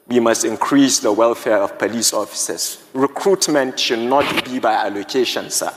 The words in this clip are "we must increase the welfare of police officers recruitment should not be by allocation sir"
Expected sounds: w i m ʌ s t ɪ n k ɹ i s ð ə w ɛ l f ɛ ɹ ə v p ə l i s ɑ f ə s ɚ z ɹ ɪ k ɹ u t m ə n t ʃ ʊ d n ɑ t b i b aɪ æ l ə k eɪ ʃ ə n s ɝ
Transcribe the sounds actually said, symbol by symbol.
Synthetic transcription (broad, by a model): w i m ʌ s t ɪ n k ɹ i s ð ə w ɛ l f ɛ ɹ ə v p ə l i s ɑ f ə s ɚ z ɹ ɪ k ɹ u t m ə n t ʃ ʊ d n ɑ t b i b aɪ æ l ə k eɪ ʃ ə n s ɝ